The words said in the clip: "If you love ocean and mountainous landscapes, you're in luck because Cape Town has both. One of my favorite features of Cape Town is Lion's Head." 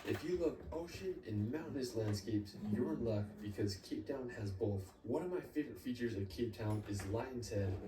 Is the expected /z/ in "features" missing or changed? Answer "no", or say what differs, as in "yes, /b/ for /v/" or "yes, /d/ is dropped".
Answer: no